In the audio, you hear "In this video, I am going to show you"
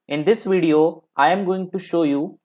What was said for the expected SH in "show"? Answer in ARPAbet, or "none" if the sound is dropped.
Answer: SH